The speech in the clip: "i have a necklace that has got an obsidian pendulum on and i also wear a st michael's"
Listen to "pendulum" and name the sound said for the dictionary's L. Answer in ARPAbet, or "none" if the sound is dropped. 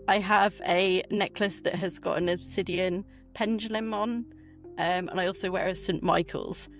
L